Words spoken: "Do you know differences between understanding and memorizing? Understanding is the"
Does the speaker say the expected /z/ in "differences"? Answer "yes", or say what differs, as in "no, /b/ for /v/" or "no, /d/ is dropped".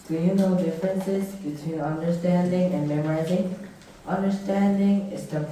yes